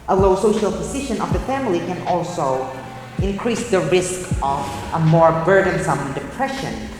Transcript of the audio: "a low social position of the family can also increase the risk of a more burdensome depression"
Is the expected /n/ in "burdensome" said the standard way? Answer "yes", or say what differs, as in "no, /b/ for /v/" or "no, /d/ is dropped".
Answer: yes